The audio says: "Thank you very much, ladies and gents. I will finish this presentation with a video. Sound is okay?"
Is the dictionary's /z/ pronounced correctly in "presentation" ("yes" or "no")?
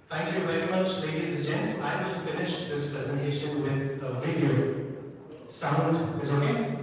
yes